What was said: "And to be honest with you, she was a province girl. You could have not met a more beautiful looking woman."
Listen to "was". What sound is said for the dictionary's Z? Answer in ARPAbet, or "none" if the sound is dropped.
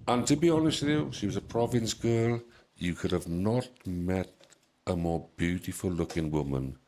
Z